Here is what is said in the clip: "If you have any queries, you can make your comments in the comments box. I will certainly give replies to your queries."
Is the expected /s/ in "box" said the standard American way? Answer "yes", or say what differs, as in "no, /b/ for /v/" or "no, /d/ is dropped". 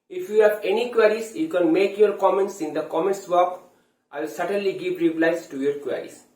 no, /s/ is dropped